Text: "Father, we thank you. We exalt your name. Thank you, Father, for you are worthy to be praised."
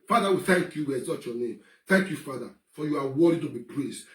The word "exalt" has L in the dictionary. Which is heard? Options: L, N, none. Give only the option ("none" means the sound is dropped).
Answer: none